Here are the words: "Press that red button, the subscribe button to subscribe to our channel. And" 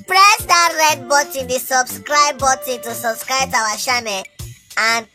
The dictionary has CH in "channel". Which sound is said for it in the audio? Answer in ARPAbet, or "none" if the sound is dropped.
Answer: SH